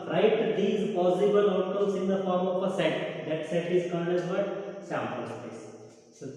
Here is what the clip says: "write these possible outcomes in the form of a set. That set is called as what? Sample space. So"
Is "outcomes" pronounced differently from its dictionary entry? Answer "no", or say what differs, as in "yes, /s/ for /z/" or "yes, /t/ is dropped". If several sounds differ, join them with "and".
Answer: yes, /k/ is dropped